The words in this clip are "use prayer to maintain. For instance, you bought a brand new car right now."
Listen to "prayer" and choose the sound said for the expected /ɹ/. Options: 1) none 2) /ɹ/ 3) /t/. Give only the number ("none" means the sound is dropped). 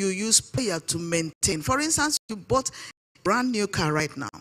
1